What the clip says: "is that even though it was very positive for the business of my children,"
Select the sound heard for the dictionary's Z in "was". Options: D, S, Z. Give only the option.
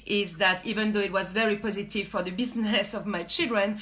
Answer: Z